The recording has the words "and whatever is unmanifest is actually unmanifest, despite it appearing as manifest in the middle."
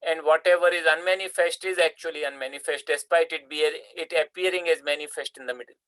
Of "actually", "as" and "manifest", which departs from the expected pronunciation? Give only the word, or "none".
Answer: none